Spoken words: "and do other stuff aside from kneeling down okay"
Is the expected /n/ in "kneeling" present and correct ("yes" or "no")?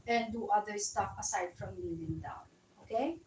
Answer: no